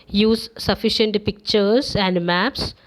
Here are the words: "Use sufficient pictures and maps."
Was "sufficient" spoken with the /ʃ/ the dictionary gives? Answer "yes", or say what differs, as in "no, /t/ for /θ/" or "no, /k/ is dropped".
yes